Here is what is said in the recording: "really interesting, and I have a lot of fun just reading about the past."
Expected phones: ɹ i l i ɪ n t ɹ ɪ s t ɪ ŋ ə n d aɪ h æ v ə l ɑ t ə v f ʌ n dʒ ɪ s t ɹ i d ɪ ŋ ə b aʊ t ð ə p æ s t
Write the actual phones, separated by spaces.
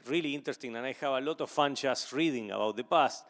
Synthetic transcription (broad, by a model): ɹ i l i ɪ n t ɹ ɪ s t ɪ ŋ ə n aɪ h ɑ b ə l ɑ t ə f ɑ n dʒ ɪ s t ɹ i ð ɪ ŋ ə b aʊ t ð ə p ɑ s t